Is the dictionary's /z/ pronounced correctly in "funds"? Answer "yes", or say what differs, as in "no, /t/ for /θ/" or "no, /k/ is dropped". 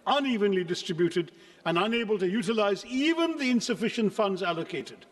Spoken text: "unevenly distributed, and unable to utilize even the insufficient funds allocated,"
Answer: yes